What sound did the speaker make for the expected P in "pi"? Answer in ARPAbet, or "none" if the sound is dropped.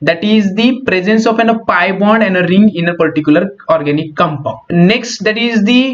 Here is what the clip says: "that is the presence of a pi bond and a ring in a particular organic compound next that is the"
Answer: P